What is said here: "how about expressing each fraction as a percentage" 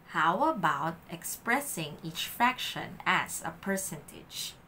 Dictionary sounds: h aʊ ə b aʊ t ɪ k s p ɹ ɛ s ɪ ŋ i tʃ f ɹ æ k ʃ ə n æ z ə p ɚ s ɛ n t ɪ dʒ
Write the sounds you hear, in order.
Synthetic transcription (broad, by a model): h aʊ ə b aʊ t ɪ k s p ɹ ɛ s ɪ ŋ i tʃ f æ k ʃ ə n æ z ə p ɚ s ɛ n t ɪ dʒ